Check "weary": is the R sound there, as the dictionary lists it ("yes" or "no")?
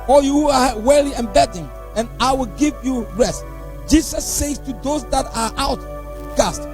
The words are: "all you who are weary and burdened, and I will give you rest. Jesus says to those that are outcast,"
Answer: no